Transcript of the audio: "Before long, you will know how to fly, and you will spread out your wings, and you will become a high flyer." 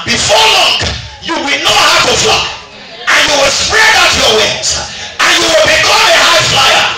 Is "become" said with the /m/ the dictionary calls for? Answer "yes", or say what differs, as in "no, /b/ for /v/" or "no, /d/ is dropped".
no, /m/ is dropped